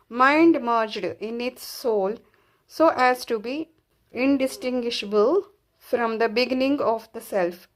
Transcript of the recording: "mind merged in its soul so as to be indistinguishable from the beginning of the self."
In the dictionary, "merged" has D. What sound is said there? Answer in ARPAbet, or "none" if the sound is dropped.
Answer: D